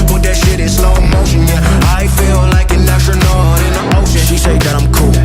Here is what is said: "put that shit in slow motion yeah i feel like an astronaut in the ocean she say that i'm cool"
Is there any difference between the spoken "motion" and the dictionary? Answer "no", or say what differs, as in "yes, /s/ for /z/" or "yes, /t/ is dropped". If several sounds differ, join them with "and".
yes, /ʃ/ is dropped